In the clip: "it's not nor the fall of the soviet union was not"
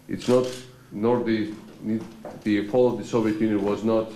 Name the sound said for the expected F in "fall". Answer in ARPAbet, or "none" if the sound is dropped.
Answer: P